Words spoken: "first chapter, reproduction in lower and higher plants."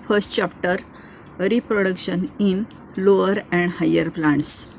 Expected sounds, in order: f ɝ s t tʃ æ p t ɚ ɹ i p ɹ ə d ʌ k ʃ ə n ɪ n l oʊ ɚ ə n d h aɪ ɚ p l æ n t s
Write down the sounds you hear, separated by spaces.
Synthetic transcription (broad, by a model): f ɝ s t tʃ æ p t ɚ ɹ i p ɹ ə d ʌ k ʃ ə n ɪ n l oʊ ɚ ə n d h aɪ ɚ p l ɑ n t s